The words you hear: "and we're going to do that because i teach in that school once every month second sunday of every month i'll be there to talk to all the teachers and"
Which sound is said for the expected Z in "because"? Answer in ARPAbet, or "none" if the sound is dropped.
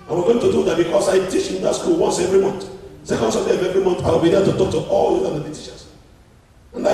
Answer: S